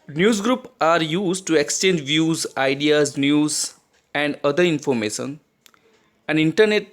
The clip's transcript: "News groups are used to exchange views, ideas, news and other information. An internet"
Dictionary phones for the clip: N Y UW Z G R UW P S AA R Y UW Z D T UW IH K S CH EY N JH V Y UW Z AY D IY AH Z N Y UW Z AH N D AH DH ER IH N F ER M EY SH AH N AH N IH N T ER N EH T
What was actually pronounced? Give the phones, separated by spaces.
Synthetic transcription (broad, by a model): N Y UW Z G R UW P AA R Y UW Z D T UW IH K S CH EY N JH V Y UW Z AY D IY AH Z N Y UW Z AH N D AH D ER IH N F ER M EY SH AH N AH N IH N T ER N EH T